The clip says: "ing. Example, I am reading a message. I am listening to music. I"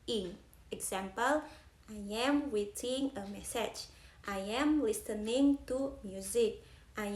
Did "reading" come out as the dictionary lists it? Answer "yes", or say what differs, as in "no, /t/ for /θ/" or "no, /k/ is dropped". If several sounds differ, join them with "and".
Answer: no, /w/ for /ɹ/